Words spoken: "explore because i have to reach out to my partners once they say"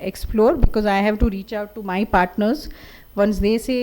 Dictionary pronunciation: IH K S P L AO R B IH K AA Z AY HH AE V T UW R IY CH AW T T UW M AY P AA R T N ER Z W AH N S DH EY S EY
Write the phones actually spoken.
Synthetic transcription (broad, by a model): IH K S P L AO R B IH K AA Z AY HH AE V T UW R IY CH AW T T UW M AY P AA R T N ER Z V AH N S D EY S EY